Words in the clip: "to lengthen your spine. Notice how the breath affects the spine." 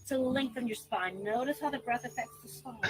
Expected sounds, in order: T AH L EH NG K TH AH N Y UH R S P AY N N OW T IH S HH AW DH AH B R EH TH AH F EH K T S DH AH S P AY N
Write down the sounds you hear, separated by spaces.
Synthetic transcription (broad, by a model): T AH L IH NG K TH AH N Y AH R S P AY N N OW T IH S HH AW DH AH B R EH TH AH F EH K T S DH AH S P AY